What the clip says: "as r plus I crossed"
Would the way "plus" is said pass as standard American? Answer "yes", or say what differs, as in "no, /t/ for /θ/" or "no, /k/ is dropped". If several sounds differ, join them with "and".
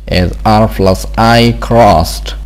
no, /f/ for /p/